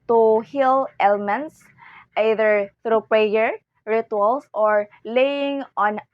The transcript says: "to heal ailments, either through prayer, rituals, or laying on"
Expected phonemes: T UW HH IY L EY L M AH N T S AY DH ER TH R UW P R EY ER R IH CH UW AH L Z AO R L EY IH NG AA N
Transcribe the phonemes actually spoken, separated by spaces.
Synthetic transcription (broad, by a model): T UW HH IY L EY L M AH N T S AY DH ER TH R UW P R EY ER R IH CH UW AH L S AO R L EY IH NG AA N